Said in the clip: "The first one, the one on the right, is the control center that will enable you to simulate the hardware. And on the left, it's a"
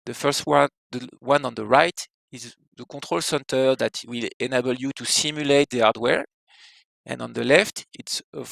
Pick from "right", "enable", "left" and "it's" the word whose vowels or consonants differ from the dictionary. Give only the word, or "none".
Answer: none